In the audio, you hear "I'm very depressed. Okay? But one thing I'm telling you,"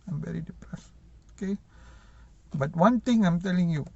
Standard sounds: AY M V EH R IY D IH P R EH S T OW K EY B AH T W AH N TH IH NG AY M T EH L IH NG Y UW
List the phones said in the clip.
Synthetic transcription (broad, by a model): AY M V EH R IY D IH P R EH S OW K EY B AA T W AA N T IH NG AY M T EH L IH NG Y UW